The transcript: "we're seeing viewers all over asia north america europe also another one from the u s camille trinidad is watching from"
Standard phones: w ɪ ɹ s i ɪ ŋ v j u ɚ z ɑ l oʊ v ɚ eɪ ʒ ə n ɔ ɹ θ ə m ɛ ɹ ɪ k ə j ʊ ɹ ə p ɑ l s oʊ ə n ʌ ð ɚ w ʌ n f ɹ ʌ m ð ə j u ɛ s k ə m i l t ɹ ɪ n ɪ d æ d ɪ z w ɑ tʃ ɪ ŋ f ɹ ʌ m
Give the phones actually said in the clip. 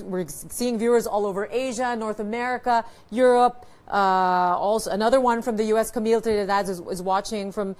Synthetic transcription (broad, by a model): w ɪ ɹ s i ɪ ŋ v j u ɚ z ɑ l oʊ v ɚ eɪ ʒ ə n ɔ ɹ θ ə m ɛ ɹ ɪ k ə j ʊ ɹ ə p ɑ l s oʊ ə n ʌ ð ɚ w ʌ n f ɹ ʌ m ð ə j u ɛ s k ə m i l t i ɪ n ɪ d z ɪ z w ɑ tʃ ɪ ŋ f ɹ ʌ m